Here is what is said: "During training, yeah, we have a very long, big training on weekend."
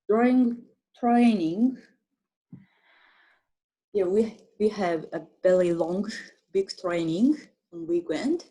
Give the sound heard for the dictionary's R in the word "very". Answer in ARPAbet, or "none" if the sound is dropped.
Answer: L